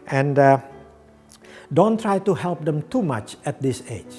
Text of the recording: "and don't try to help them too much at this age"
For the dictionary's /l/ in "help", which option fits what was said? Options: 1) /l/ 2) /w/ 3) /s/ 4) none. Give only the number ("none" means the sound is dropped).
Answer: 1